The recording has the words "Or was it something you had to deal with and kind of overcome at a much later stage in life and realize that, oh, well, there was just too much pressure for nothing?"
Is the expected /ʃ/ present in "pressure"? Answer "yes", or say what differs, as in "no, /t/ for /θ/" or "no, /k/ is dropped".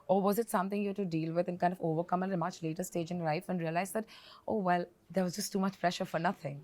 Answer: yes